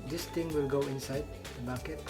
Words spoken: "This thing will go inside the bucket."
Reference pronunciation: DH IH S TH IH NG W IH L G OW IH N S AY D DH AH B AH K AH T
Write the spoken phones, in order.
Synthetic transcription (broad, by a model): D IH S T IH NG W IH L G OW IH N S AY D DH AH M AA K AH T